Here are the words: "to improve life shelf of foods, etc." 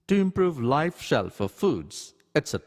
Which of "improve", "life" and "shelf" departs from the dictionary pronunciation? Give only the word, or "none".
none